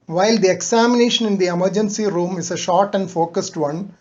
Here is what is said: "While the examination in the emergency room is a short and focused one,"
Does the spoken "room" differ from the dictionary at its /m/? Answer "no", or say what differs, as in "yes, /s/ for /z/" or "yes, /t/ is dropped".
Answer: no